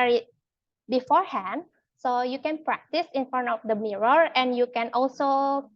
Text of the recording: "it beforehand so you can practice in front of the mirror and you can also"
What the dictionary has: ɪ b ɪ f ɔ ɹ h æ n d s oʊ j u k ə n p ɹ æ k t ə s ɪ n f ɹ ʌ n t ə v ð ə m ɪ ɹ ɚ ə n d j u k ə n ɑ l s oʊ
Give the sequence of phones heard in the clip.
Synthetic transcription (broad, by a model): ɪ b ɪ f ɔ ɹ h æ n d s oʊ j u k ə n p ɹ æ k t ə s ɪ n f ʌ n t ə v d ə m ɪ ɹ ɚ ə n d j u k ə n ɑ l s oʊ